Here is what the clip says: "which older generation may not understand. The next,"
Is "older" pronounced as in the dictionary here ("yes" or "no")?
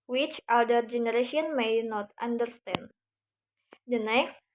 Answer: no